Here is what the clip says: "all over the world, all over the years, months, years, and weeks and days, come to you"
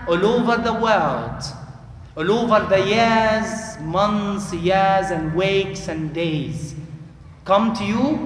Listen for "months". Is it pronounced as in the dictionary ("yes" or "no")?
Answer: yes